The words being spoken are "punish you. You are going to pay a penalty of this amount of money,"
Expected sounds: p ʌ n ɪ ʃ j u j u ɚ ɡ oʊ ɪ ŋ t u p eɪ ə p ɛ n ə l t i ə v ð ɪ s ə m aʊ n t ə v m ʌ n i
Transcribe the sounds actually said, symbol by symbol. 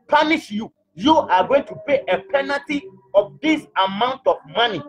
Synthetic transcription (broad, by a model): p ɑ n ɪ ʃ j u j u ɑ ɡ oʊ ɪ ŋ t u p eɪ ə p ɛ n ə t i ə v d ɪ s ə m aʊ n t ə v m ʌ n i